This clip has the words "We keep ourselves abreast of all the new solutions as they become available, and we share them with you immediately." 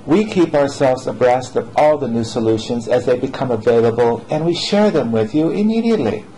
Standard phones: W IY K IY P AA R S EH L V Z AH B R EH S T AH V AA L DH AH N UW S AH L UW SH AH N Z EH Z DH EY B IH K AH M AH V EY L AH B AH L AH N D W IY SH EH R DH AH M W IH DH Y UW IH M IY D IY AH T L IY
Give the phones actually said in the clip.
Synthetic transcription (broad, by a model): W IY K IY P AA R S EH L V Z AH B R EH S T AH V AA L DH AH N UW S AH L UW SH AH N Z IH Z DH EY B IH K AH M AH V EY L AH B AH L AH N W IY SH EH R DH AH M W IH DH Y UW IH M IY D IY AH T L IY